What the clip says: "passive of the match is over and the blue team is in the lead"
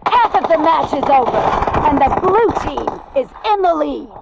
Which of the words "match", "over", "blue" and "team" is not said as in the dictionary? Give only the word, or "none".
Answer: team